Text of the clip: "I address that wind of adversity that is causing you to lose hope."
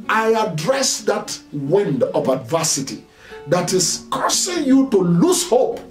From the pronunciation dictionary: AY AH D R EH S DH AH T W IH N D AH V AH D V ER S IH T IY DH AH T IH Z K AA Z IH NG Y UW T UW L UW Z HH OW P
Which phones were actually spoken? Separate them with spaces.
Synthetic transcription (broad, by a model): AY AH D R EH S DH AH T W IH N D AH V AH D V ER S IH T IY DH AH T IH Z K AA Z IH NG Y UW T UW L UW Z HH OW P